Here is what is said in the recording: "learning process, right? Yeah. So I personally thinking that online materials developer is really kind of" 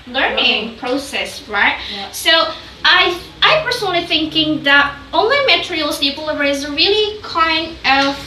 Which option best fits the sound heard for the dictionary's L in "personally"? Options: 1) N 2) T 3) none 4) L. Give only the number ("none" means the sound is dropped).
3